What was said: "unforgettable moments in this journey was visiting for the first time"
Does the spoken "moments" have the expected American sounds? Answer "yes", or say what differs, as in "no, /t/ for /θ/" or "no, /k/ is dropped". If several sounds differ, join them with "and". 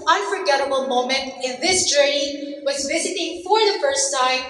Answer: no, /s/ is dropped